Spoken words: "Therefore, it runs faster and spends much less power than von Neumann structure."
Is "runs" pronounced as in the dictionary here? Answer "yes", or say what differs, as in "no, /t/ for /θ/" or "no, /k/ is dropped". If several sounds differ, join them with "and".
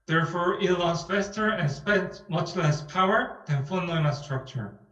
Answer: no, /l/ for /ɹ/